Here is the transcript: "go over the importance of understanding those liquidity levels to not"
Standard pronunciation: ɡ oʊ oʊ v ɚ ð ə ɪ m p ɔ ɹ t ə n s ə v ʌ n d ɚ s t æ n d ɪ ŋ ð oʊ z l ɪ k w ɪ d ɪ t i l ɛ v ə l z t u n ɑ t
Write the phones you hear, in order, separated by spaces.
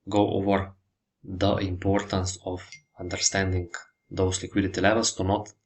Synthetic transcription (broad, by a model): ɡ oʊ oʊ v ɚ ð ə ɪ m p ɔ ɹ t ə n s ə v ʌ n d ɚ s t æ n d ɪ ŋ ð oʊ s l ɪ k w ɪ d ɪ t i l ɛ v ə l s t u n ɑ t